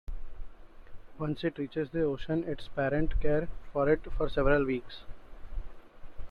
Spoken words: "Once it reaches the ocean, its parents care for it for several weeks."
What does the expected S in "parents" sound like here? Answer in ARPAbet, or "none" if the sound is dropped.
none